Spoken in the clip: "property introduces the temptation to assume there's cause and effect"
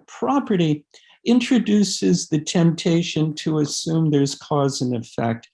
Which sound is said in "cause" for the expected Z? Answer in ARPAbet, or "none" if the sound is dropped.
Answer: Z